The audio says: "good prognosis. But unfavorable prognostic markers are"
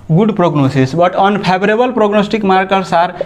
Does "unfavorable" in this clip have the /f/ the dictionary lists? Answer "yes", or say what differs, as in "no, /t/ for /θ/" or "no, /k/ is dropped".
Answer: no, /p/ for /f/